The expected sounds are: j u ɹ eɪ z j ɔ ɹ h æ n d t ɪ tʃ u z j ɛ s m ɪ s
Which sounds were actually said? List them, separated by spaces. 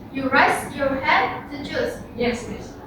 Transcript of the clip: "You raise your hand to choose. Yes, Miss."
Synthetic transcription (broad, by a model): j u ɹ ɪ s j ɔ ɹ h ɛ d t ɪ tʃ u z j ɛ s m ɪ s